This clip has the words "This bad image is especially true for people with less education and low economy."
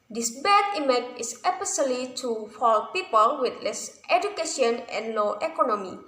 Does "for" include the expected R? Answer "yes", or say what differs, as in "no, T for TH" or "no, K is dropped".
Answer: no, L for R